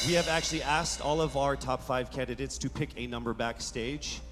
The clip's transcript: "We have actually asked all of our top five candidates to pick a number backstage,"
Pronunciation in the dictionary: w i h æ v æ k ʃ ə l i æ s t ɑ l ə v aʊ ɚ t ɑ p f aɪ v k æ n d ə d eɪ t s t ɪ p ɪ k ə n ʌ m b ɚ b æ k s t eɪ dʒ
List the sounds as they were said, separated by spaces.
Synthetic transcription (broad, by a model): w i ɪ v æ k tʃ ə l i æ s t ɑ l ə v aʊ ɚ t ɑ p f aɪ v k æ n d ə d eɪ t s t ɪ p ɪ k ə n ʌ m b ɚ b æ k s t eɪ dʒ